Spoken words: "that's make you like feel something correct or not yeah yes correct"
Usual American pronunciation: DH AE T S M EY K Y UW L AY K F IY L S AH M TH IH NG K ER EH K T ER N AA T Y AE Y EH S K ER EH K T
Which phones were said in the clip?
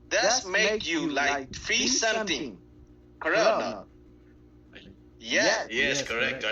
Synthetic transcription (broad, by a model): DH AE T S M EY K Y UW L AY K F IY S S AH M T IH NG K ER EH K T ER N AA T Y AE Y EH S K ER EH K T